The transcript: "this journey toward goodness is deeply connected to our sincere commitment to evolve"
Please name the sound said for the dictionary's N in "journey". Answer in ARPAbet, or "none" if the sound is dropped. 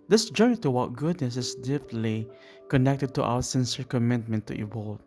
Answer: none